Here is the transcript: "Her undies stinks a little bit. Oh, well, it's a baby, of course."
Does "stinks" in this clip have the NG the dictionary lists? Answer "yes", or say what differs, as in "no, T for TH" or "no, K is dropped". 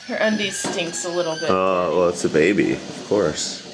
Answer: yes